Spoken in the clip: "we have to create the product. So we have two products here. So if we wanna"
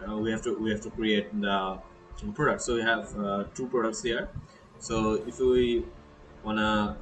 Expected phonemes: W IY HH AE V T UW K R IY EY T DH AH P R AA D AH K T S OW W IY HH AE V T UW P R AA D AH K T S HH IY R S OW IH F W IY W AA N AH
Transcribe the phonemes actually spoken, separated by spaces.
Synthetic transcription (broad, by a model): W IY HH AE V T UW K R IY EY T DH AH P R AA D AH K T S OW W IY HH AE V T UW P R AA D AH K T S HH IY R S OW IH F W IY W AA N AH